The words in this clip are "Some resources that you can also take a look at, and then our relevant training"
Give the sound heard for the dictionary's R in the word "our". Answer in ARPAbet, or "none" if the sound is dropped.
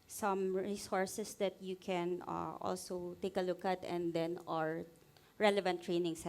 R